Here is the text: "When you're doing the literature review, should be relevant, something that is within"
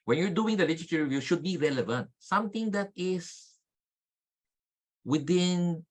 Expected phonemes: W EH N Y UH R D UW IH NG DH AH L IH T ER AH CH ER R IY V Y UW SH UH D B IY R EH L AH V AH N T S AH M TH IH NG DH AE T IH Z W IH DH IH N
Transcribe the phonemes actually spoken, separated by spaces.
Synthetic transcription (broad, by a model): W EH N Y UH R D UW IH NG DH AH L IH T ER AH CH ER R IY V Y UW SH UH D B IY R EH L AH V AH N T S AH M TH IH NG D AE T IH S W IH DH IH N